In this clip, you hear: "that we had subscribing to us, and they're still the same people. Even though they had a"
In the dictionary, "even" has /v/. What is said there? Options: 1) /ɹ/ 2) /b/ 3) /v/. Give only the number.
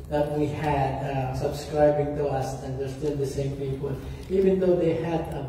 3